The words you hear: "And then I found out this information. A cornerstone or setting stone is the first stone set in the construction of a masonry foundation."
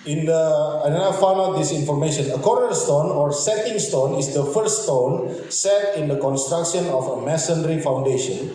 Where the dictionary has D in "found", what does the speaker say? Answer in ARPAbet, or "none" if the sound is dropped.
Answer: none